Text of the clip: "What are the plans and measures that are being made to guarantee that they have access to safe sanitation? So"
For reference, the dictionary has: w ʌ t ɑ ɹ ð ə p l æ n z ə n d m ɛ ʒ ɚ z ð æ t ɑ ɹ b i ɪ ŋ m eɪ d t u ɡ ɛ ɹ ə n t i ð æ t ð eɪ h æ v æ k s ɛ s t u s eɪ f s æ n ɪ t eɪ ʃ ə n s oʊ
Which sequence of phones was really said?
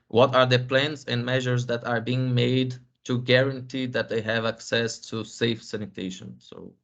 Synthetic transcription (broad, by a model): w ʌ t ɑ ɹ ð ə p l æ n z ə n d m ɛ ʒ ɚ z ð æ t ɑ ɹ b i ɪ ŋ m eɪ d t u ɡ ɛ ɹ ə n t i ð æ t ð eɪ h æ v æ k s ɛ s t u s eɪ f s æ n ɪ t eɪ ʃ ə n s oʊ